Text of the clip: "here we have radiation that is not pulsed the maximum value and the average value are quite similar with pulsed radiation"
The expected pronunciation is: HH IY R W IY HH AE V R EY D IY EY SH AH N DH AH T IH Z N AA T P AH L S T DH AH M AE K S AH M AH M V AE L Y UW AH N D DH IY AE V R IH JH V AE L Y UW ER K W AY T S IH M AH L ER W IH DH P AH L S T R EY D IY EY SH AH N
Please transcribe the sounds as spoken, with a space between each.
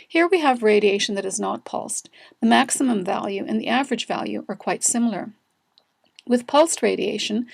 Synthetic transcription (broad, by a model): HH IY R W IY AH V R EY D IY EY SH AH N DH AH T IH Z N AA T P AH L S T DH AH M AE K S AH M AH M V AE L Y UW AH N DH IY AE V R IH JH V AE L Y UW ER K W AY T S IH M L ER W IH DH P AH L S T R EY D IY EY SH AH N